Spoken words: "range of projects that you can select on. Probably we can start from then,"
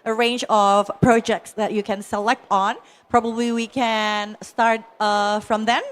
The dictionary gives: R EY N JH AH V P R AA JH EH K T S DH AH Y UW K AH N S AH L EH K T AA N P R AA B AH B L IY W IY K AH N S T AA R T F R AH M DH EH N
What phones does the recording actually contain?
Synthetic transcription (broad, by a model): R EY N JH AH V P R AA JH EH K T S DH AH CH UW K AH N S AH L EH K T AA N P R AA B AH B L IY W IY K AH N S T AA R T F R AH M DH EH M